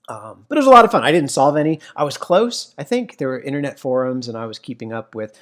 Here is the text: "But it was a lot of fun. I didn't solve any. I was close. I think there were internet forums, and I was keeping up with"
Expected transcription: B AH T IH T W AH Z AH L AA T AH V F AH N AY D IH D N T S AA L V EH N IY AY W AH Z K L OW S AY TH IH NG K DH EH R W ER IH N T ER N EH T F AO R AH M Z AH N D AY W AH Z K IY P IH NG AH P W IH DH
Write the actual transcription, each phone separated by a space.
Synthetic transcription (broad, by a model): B AH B IH T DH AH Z AH L AA T AH V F AH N AY D IH D N T S AA L V EH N IY AY W AH Z K L OW S AY TH IH NG K DH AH R W ER IH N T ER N EH T F AO R AH M Z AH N AY W AH Z K IY P IH NG AH P W IH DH